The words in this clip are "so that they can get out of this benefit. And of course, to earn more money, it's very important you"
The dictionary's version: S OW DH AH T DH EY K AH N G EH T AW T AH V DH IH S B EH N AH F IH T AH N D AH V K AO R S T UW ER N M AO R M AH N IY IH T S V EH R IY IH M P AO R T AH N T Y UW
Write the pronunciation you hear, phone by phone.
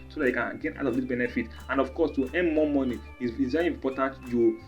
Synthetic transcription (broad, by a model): S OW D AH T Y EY K AH N G EH T AW T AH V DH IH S B EH N AH F IH T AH N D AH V K AO S T UW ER N M AO M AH N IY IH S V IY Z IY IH P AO T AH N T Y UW